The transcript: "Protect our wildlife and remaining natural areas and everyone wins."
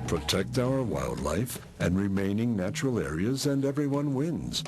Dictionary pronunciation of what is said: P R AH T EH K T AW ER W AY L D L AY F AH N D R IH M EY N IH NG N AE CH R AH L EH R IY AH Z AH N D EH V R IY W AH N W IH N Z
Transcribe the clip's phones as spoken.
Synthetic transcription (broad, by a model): P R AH T EH K T AW ER W AY L D L AY F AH N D R IH M EY N IH NG N AE CH R L EH R IY AH Z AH N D EH V R IY W AH N W IH N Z